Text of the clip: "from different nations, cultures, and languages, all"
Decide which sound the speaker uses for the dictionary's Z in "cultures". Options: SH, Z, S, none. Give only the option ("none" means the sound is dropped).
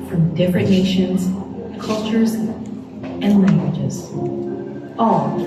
Z